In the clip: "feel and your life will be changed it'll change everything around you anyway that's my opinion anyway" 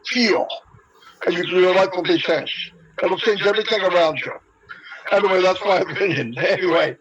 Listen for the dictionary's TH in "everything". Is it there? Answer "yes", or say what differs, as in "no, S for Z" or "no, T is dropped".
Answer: yes